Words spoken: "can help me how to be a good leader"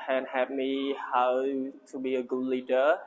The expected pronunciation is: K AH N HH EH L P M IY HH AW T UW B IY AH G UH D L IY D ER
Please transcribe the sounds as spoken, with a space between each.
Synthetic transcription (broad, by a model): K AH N HH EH P M IY HH AW T UW B IY AH G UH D L IY D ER